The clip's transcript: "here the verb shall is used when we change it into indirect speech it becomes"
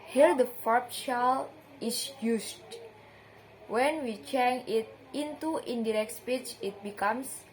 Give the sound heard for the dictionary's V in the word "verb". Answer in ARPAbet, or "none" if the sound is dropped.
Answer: F